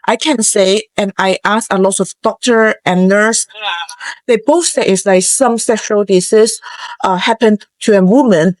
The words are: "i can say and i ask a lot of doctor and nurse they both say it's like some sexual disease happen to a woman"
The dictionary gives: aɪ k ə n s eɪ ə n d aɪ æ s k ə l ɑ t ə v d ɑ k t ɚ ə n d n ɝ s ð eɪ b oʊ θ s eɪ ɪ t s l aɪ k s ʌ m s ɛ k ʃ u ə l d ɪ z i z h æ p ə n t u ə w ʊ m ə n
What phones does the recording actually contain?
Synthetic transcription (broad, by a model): aɪ k ə n s eɪ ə n aɪ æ s ə l ɑ t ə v d ɑ k t ɚ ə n n ɝ s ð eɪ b oʊ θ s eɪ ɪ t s l aɪ k s ʌ m s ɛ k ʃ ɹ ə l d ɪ s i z h æ p ə n t u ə w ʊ m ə n